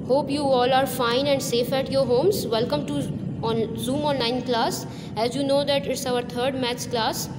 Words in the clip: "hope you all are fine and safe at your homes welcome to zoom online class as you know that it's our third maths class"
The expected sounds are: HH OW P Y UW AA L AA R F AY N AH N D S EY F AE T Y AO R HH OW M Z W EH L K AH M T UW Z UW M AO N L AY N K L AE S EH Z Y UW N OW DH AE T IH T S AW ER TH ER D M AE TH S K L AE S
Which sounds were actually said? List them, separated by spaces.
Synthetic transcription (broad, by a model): HH OW P Y UW AA L AA R F AY N AH N D S EY F AE T Y AO R HH OW M Z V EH L K AH M T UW Z UW M AO N L AY N K L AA S EH Z Y UW N OW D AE T IH T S AW ER T ER D M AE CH K L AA S